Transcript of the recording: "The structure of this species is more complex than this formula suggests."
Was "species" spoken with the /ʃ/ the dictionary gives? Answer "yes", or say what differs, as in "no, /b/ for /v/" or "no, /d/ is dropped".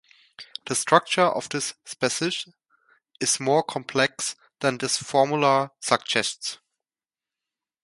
no, /s/ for /ʃ/